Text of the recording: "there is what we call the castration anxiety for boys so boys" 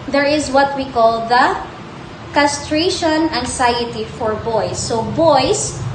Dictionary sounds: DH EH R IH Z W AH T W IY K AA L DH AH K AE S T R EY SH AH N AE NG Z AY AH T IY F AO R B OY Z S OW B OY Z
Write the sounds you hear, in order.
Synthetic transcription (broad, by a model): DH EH R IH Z W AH T W IY K AA L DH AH K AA S T R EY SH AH N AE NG S AY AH T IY F AO R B OY S OW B OY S